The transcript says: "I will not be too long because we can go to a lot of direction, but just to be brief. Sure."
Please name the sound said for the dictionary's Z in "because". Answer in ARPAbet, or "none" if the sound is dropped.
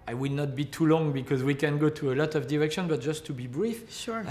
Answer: Z